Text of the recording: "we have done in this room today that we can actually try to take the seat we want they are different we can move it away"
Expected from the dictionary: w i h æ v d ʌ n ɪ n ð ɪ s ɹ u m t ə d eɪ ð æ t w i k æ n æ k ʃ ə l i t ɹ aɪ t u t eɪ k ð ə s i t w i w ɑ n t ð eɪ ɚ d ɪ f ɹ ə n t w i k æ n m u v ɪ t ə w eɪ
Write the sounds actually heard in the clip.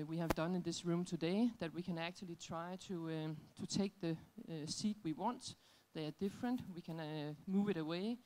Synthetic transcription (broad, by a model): w i h æ v d ʌ n ɪ n ð ɪ s ɹ u m t ə d eɪ ð æ t w i k æ n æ k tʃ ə l i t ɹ aɪ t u t eɪ k ð ə s i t w i w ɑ n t ð eɪ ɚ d ɪ f ɹ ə n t w i k æ n m u v ɪ t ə w eɪ